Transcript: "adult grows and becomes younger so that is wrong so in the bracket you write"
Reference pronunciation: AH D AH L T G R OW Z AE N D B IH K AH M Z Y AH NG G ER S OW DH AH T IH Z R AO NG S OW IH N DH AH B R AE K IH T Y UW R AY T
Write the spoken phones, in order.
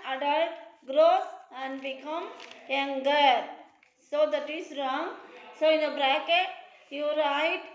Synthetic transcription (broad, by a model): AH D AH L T G R OW S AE N D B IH K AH M Y AH NG G ER S OW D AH T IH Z R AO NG S OW IH N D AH B R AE K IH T Y UW R AY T